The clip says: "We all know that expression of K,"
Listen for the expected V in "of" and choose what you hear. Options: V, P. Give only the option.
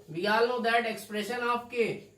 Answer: P